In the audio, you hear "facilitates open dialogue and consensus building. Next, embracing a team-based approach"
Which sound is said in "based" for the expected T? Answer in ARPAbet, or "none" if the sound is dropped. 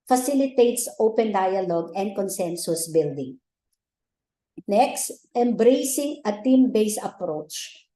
none